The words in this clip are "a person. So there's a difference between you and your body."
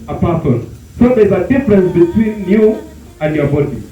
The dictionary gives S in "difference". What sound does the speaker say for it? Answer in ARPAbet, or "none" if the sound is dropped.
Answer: S